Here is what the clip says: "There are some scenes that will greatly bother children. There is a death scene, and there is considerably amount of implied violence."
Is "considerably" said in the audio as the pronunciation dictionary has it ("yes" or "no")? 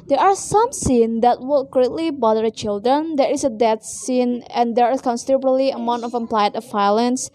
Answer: no